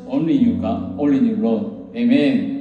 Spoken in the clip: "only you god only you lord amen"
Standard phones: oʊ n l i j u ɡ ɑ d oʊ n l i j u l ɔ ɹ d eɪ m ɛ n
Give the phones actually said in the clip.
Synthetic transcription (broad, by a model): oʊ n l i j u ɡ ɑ oʊ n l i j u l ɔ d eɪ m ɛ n